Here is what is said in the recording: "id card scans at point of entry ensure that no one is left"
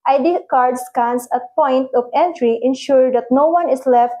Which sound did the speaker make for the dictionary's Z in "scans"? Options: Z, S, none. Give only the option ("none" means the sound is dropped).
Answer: S